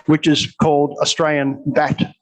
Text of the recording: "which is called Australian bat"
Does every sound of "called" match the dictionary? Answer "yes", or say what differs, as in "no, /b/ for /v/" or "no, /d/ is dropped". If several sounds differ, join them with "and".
yes